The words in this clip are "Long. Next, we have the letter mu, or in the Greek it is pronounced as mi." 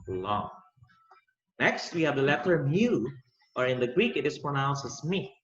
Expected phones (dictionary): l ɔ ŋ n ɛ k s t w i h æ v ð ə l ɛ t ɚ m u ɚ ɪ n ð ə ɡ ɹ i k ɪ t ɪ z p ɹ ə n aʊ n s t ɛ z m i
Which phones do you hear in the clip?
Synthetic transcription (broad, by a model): l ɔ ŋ n ɛ k s t w i h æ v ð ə l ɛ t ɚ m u ɚ ɪ n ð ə ɡ ɹ i k ɪ t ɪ s p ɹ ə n aʊ n s ɛ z m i